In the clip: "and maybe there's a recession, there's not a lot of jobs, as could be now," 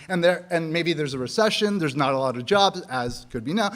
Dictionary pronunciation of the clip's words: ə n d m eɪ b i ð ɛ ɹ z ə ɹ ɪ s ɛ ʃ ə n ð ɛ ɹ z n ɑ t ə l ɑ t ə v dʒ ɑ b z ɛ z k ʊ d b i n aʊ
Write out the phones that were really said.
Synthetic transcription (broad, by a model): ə n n m eɪ b i ð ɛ ɹ z ə ɹ ɪ s ɛ ʃ ə n ð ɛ ɹ z n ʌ t ə l ɑ t ə v dʒ ɑ b z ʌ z k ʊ d b i n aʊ